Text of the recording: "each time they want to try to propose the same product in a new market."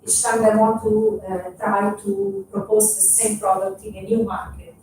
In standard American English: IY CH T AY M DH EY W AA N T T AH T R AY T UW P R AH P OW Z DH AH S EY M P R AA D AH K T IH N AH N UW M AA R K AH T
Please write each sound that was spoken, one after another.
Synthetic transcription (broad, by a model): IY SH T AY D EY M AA T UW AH T R AY T UW P R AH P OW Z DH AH S EY M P R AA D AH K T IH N AH N UW M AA R K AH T